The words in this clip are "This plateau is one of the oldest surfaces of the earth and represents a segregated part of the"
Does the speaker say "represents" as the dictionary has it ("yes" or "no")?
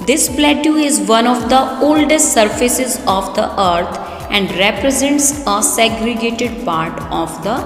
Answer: yes